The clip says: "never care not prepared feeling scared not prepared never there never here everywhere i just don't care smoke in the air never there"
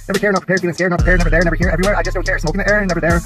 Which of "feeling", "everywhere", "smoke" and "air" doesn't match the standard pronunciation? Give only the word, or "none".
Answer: feeling